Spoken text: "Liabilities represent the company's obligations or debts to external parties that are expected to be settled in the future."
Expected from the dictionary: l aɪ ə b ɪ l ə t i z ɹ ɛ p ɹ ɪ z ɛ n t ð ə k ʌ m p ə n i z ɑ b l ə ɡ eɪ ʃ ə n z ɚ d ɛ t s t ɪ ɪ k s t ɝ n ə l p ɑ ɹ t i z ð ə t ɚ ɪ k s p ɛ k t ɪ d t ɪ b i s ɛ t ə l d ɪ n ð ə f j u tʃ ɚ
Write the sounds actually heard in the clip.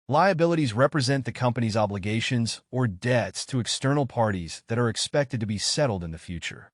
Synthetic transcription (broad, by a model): l aɪ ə b ɪ l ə t i z ɹ ɛ p ɹ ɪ z ɛ n ð ə k ʌ m p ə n i z ɑ b l ə ɡ eɪ ʃ ə n z ɚ d ɛ t s t ɪ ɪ k s t ɝ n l p ɑ ɹ t i z ð ə t ɚ ɪ k s p ɛ k t ɪ d t ɪ b i s ɛ t l d ɪ n ð ə f j u tʃ ɚ